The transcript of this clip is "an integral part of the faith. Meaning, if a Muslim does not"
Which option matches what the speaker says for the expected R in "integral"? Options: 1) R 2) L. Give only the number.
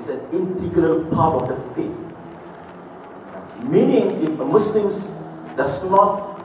2